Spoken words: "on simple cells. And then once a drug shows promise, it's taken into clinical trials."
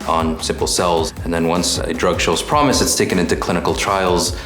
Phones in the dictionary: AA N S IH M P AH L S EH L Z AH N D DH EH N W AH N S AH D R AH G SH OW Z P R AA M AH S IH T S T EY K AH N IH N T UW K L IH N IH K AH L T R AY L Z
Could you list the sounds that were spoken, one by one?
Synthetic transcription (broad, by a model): N S IH M P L S EH L Z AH N DH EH N W AH N S AH D R AH G SH OW Z P R AA M AH S IH T S T EY K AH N IH N T UW K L IH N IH K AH L T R AY L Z